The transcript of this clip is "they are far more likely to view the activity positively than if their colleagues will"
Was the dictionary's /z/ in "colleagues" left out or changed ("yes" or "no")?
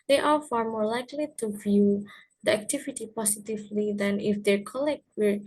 yes